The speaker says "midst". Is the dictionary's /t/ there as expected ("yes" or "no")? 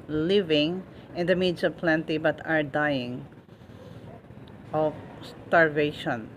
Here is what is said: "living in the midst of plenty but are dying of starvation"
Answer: no